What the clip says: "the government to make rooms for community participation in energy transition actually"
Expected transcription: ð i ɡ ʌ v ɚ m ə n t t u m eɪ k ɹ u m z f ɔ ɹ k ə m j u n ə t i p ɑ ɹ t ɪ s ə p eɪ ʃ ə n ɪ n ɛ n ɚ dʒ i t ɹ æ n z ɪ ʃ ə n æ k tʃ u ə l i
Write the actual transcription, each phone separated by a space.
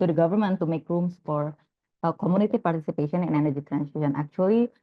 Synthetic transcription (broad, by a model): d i ɡ ʌ v ɚ m ə n t t u m eɪ k ɹ u m s f ɔ ɹ k ə m j u n ə t i p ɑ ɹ t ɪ s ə p eɪ ʃ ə n ɪ n ɛ n ɚ dʒ i t ɹ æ n s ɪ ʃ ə n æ k tʃ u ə l i